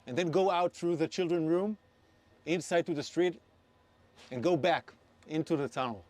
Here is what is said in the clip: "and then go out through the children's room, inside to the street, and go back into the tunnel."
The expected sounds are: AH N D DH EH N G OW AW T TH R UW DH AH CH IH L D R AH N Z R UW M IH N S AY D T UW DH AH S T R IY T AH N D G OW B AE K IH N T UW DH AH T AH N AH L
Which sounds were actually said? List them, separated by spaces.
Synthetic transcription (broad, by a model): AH N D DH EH N G OW AW T TH R UW DH AH CH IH L D R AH N R UW M IH N S AY D T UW DH AH S T R IY T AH N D G OW B AE K IH N T UW DH AH T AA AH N